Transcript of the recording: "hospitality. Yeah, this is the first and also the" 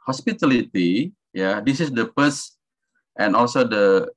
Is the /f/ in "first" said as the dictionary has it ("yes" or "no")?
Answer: no